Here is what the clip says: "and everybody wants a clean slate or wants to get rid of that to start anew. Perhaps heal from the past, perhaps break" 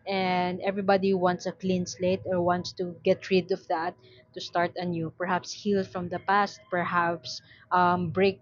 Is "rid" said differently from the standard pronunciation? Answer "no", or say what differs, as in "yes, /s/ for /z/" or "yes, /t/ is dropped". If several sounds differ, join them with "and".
no